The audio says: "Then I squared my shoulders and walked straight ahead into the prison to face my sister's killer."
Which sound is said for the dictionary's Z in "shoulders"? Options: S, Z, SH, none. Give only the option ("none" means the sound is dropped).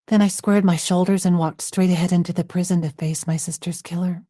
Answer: Z